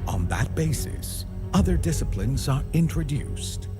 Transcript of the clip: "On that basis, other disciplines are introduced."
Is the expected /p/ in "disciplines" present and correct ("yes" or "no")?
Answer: yes